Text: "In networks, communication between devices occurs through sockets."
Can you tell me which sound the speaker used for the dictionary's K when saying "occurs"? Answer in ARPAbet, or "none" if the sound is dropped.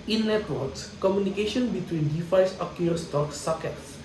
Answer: none